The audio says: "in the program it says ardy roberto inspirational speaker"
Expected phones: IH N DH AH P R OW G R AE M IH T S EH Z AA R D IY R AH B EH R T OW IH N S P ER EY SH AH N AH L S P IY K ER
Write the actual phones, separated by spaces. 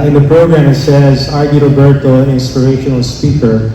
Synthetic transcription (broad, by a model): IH N DH AH P R OW G R AE M IH T S EH Z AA R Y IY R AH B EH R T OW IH N S P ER EY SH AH N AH L S P IY K ER